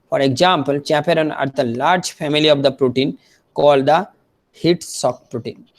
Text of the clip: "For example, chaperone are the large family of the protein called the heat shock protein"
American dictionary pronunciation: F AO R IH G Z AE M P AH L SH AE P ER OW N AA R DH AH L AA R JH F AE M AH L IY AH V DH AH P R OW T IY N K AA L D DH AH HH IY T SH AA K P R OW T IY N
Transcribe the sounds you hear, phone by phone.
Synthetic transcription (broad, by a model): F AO R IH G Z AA M P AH L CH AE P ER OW N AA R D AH L AA R JH F AE M AH L IY AH V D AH P R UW T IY N K AA L D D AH HH IY T S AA K P R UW T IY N